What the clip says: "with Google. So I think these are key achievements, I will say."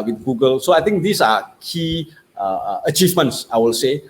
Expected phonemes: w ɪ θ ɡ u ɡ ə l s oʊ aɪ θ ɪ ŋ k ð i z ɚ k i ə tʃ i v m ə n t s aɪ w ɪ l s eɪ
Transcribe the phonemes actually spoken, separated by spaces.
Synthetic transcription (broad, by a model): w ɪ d ɡ u ɡ ə l s oʊ aɪ t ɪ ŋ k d i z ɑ k i ə tʃ i v m ə n t s aɪ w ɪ l s eɪ